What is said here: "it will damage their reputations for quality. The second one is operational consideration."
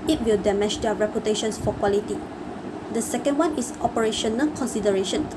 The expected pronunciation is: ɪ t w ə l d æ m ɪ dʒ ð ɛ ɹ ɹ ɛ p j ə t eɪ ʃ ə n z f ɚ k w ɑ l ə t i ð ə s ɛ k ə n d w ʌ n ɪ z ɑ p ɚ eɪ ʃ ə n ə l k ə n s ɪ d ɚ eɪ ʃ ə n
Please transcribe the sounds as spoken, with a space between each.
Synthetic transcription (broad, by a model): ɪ t w ə l d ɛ m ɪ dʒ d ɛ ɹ ɹ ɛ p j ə t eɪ ʃ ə n s f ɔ k w ɑ l ə t i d ə s ɛ k ə n d w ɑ n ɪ s ɑ p ɚ eɪ ʃ ə n ə l k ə n s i d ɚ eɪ ʃ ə n